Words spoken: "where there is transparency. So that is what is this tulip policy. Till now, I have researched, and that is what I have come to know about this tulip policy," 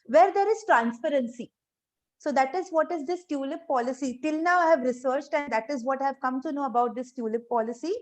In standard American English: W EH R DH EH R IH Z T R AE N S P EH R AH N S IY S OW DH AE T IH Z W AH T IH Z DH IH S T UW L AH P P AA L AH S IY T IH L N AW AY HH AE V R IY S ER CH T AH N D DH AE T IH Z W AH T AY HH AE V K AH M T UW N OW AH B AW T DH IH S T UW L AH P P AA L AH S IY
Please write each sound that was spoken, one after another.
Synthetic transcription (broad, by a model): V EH R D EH R IH Z T R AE N S P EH R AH N S IY S OW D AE T IH Z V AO T IH Z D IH S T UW L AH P P AA L AH S IY T IH L N AW AY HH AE V R IY S ER CH T AH N D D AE T IH Z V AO T AY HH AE V K AH M T UW N OW AH B AW T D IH S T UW L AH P P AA L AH S IY